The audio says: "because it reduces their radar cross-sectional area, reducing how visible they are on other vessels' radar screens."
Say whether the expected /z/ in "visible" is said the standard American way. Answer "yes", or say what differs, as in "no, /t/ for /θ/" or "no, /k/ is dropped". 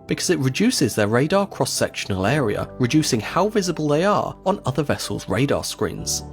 yes